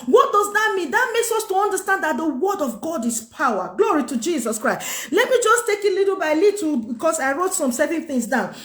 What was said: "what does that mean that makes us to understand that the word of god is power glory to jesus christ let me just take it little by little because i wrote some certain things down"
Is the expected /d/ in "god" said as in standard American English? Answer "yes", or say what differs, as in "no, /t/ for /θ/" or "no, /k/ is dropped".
yes